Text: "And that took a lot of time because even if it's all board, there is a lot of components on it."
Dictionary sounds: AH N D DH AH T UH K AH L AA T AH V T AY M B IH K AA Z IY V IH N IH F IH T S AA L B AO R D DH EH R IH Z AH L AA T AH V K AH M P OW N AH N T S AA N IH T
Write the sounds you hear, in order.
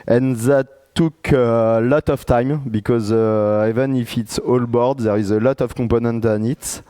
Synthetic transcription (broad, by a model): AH N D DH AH T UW K AH L AA T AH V T AY M B IH K AA Z IY V IH N IH F IH T S AA L B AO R D DH EH R IH Z AH L AA T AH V K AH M P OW N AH N T AA N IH T